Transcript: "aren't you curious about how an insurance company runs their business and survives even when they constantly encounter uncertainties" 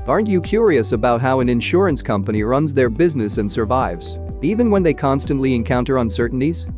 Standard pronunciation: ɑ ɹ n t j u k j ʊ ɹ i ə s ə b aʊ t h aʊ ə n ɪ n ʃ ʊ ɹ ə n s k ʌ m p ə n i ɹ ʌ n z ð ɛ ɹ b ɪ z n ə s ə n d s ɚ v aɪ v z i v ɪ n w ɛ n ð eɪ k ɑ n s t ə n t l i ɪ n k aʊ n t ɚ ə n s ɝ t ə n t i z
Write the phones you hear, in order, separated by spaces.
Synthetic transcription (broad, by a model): ɑ ɹ n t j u k j ʊ ɹ i ə s ə b aʊ t h aʊ ə n ɪ n ʃ ʊ ɹ ə n s k ʌ m p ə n i ɹ ʌ n z ð ɛ ɹ b ɪ z n ə s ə n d s ɚ v aɪ v z i v ɪ n w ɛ n ð eɪ k ɑ n s t ə n t l i ɪ n k aʊ n t ɚ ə n s ɝ t n t i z